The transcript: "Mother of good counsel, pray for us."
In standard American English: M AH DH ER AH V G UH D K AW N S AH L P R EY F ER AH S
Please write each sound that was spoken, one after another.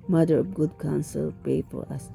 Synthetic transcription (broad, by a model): M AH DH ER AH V G UH D K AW N S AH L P EY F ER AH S